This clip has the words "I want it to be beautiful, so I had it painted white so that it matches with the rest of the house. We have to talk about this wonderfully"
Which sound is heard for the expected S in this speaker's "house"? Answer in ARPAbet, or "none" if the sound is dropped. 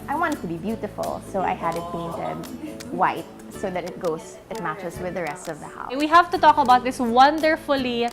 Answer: none